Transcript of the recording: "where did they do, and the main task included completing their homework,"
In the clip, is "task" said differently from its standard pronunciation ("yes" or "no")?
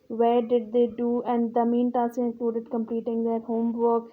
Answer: yes